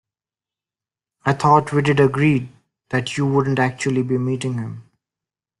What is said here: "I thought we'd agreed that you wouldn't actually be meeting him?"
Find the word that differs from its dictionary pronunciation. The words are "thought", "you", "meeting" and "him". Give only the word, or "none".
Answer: thought